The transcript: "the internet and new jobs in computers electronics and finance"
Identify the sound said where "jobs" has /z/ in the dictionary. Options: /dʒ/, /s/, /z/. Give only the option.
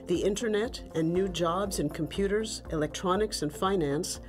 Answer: /z/